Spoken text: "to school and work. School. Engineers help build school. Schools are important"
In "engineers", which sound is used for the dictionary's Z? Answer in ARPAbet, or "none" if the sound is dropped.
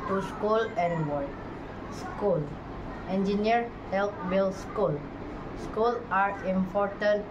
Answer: none